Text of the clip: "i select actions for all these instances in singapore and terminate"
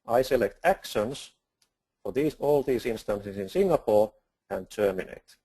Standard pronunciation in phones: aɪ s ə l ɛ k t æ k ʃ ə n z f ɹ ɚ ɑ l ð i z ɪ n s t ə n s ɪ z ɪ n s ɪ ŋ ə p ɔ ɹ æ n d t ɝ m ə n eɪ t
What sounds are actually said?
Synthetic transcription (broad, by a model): aɪ s ə l ɛ k t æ k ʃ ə n s f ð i ɑ l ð i s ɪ n s t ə n s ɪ s ɪ n s ɪ ŋ ə p ɔ ɹ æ n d t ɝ m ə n eɪ t